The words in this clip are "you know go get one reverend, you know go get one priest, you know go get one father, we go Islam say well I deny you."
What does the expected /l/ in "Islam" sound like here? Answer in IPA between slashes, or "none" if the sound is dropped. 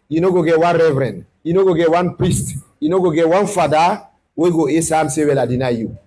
none